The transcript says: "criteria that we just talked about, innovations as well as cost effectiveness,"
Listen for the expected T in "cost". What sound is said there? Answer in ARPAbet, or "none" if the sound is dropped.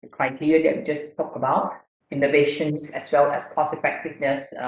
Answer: none